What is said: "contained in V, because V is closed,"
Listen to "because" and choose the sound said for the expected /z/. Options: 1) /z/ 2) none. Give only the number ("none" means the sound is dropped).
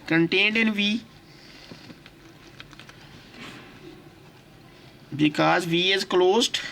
1